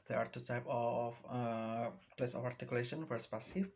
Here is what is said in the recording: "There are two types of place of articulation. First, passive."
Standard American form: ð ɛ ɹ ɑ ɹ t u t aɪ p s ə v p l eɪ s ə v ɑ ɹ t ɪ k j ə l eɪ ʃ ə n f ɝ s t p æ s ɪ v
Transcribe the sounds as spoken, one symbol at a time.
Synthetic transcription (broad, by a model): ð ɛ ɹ ɑ ɹ t u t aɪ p ə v p l eɪ s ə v ɑ ɹ t ɪ k j ə l eɪ ʃ ə n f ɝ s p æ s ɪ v